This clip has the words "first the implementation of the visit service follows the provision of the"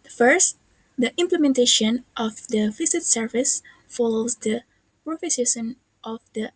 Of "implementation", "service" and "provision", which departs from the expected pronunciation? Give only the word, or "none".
provision